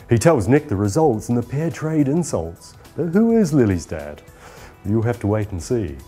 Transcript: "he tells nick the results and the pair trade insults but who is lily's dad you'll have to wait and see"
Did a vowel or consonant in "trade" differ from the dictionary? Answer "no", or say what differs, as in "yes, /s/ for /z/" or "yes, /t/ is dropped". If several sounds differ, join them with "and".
no